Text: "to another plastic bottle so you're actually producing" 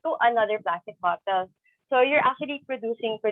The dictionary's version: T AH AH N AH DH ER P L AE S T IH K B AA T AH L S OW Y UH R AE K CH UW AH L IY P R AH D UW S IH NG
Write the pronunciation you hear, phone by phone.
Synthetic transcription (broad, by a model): T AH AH N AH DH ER B L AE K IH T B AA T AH L S OW Y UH R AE K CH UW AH L IY P R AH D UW S IH NG